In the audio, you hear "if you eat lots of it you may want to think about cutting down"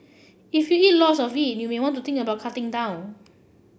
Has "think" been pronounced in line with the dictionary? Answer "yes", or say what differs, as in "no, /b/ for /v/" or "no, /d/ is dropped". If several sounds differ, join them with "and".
no, /t/ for /θ/